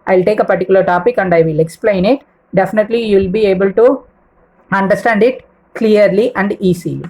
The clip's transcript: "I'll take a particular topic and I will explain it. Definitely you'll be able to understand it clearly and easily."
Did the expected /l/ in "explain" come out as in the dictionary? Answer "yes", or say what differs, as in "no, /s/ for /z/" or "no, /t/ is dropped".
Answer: yes